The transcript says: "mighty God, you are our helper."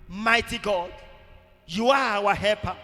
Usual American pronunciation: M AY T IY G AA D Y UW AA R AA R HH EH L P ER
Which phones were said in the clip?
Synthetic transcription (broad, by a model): M AY T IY G AA D Y UW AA W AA HH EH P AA